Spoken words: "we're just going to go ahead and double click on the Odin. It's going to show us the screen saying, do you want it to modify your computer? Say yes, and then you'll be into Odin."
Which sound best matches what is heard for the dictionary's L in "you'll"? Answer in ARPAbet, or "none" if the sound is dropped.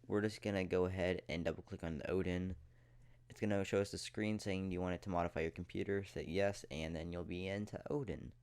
L